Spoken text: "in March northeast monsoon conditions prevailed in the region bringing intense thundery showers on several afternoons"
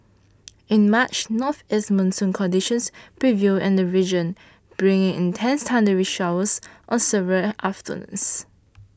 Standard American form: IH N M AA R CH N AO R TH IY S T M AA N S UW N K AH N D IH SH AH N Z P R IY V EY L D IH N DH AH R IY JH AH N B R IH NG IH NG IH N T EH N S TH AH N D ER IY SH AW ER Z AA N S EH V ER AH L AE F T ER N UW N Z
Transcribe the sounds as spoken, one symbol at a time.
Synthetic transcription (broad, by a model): IH N M AA CH N AO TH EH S M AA N S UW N K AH N D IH SH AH N S P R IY V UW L IH N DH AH R IY JH AH N B R IH NG IH NG IH N T EH N S T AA N D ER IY SH AW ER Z AA N S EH V ER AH L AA F T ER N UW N S